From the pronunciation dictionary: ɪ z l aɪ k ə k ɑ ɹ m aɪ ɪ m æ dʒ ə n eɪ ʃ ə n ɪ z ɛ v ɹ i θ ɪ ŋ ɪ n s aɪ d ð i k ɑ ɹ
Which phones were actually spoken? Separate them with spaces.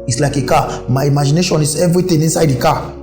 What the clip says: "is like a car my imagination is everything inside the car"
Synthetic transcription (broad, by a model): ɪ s l aɪ k ə k ɑ m aɪ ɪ m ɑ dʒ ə n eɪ ʃ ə n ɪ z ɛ v ɹ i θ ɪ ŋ ɪ n s aɪ d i k ɑ